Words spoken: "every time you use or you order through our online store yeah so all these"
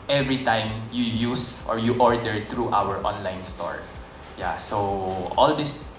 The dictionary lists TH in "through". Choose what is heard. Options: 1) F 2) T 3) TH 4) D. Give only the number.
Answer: 2